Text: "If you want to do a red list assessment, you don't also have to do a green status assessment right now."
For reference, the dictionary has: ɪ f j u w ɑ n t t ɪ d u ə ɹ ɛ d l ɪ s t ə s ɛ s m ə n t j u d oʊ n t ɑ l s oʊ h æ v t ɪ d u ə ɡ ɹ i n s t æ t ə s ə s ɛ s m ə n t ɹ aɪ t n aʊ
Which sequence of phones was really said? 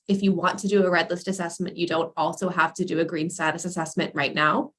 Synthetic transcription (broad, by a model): ɪ f j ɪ w ɑ n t t ɪ d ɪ ə ɹ ɛ d l ɪ s t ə s ɛ s m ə n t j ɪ d oʊ n t ɑ l s oʊ h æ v t ɪ d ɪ ə ɡ ɹ i n s t æ t ə s ə s ɛ s m ə n t ɹ aɪ t n aʊ